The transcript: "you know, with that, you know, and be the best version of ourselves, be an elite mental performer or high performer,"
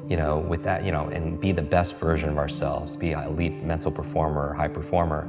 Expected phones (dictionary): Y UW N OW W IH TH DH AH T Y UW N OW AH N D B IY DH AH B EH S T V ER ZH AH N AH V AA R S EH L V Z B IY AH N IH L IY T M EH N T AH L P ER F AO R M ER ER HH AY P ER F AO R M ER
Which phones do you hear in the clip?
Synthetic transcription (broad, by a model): Y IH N OW W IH DH AH T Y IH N OW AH N B IY DH AH B EH S T V ER ZH AH N AH V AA R S EH L V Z B IY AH IH L IY T M EH N T L P ER F AO R M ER ER HH AY P ER F AO R M ER